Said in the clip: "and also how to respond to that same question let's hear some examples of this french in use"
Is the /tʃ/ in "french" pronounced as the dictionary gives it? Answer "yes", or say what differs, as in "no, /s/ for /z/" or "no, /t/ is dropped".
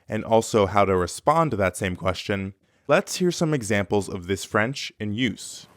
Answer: yes